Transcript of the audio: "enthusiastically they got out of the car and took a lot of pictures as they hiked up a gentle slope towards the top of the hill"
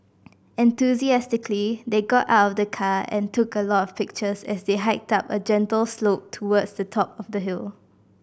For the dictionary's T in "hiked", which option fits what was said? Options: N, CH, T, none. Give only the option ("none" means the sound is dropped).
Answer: T